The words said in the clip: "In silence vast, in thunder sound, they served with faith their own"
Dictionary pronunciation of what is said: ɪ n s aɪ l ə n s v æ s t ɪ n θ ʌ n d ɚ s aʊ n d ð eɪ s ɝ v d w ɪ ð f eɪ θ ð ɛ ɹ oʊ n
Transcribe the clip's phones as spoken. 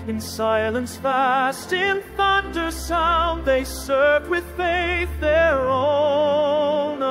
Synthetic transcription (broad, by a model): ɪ n s aɪ l ə n s f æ s t ɪ n θ ʌ n d ɚ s aʊ n ð eɪ s ɝ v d w ɪ ð f eɪ θ ð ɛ ɹ oʊ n